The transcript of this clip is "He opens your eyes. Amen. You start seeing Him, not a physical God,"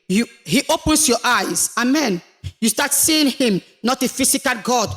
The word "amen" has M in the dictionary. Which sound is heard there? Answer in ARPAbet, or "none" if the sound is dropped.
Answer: M